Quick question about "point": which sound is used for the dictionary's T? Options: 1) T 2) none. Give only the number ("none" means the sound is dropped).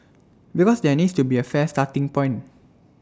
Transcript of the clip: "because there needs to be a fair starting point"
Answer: 2